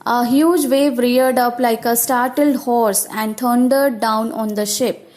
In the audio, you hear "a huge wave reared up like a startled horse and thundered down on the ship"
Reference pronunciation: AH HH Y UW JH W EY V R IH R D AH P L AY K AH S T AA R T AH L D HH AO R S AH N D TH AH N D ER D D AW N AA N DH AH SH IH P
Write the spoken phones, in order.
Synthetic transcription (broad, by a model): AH HH Y UW JH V EY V R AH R D AH P L AY K AH S T AA R T AH L D HH AO R S AH N D T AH N D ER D D AW N AA N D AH SH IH P